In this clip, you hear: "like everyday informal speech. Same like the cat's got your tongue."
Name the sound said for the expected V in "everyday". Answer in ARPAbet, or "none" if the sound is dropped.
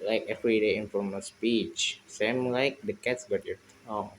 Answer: F